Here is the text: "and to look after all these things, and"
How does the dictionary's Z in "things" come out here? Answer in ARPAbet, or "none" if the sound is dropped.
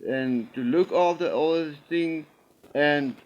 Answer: none